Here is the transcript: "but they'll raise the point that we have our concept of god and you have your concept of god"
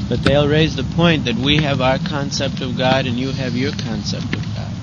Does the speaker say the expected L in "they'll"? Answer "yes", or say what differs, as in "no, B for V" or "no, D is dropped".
yes